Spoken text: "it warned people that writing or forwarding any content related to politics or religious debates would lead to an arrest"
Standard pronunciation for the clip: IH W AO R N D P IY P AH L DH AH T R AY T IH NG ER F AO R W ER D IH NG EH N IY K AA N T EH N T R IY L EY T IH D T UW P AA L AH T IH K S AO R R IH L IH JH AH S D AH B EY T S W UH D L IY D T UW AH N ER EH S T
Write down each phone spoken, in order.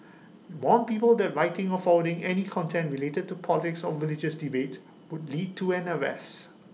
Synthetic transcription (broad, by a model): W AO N P IY P AH L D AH T R AY T IH NG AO F AO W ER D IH NG EH N IY K AA N T EH N T R IY L EY T IH D T UW P AA L AH T IH K S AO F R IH L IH JH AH S D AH B EY T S W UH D L IY D T UW AH N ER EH S